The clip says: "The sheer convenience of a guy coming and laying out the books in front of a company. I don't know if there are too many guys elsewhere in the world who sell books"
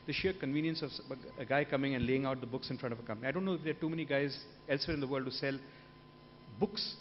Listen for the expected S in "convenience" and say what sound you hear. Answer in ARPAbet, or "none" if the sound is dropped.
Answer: S